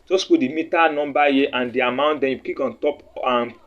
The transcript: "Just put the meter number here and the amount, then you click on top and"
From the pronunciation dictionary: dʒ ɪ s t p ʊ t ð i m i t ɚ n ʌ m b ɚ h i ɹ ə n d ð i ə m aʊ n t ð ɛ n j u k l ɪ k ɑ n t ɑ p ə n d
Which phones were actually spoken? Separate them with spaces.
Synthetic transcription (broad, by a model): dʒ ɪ s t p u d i m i t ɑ n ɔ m b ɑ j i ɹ ə n d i ə m aʊ n t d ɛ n j u k i k ɑ n t ɑ p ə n